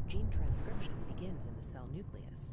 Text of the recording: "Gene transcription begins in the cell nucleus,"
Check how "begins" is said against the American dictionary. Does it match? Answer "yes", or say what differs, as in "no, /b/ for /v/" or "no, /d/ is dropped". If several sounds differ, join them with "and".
yes